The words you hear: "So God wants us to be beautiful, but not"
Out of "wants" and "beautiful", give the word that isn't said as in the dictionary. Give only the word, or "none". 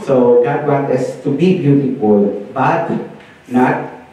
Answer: wants